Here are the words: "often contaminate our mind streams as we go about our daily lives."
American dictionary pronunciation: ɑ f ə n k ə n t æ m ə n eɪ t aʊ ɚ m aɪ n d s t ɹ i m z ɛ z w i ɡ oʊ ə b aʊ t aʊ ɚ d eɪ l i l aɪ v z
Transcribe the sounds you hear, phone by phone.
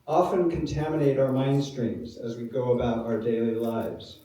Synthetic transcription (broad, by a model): ɑ f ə n k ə n t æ m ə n eɪ t aʊ ɚ m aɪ n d s t ɹ i m z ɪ z w i ɡ oʊ ə b aʊ t aʊ ɚ d eɪ l i l aɪ v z